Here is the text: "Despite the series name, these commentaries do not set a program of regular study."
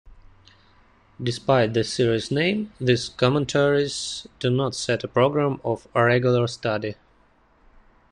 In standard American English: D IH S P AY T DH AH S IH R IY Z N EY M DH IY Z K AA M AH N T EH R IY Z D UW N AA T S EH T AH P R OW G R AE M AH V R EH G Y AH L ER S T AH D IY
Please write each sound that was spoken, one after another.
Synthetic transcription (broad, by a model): D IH S P AY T DH AH S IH R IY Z N EY M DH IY S K AA M AH N T EH R IY Z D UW N AA T S EH T AH P R OW G R AE M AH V R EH G Y L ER S T AH D IY